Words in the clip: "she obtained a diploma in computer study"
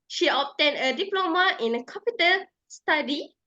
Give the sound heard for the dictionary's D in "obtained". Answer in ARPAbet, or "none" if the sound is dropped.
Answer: none